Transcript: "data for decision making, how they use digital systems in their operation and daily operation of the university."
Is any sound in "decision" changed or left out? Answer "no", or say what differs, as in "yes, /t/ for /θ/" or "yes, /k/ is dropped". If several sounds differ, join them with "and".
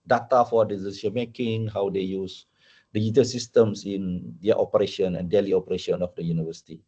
yes, /s/ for /ʒ/